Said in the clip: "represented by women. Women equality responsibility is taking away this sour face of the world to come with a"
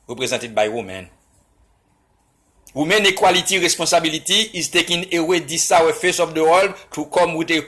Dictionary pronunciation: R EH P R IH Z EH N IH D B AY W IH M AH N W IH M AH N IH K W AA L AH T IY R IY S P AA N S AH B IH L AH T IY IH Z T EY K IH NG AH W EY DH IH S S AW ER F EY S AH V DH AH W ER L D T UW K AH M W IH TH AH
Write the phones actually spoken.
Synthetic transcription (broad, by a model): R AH P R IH Z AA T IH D B AY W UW M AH N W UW M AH N IH K W AA L AH T IY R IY S P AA S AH B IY L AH T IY IH Z T EY K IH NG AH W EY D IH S S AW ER F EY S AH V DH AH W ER L D T UW K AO M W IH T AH